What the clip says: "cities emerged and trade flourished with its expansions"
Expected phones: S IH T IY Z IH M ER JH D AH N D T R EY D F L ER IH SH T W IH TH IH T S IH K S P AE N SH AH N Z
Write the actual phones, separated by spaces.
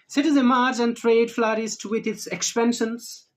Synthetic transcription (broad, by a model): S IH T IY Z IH M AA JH AH N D T R EY D F L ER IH S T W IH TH IH T S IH K S P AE N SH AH N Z